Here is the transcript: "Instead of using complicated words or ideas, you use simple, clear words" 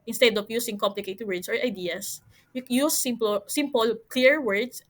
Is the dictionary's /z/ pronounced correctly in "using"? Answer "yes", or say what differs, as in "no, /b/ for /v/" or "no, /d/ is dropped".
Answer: no, /s/ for /z/